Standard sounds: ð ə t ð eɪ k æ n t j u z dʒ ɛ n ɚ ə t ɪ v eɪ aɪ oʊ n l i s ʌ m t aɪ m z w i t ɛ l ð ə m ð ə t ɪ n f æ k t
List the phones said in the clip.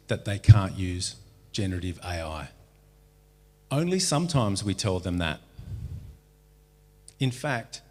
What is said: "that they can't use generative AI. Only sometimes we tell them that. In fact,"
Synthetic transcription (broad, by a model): ð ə t ð eɪ k æ n t j u z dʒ ɛ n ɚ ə t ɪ v eɪ aɪ oʊ n l i s ʌ m t aɪ m z w i t ɛ l ð ə m ð ə t ɪ n f æ k t